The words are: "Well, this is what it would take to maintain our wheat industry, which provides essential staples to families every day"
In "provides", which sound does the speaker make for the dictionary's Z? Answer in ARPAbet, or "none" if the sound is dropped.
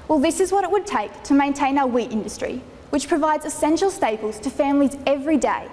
Z